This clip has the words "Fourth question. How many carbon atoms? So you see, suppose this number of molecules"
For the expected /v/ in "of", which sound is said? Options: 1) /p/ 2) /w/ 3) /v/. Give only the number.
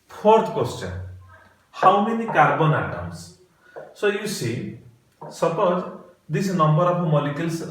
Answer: 1